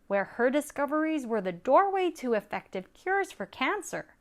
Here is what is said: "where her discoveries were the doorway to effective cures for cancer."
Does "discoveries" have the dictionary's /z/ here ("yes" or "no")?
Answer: yes